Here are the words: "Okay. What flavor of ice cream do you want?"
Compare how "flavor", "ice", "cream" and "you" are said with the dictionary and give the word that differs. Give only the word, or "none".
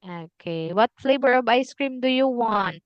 flavor